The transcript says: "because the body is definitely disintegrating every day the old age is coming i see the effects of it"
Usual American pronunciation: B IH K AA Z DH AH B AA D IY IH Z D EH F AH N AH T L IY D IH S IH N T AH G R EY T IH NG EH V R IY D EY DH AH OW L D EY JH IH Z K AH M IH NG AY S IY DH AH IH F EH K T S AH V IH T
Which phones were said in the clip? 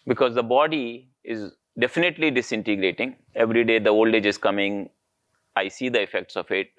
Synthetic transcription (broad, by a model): B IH K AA Z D AH B AA D IY IH Z D EH F AH N AH T L IY D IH S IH N T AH G R EY T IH NG EH V R IY D EY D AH OW L D EY JH IH Z K AH M IH NG AY S IY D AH IH F EH K T S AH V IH T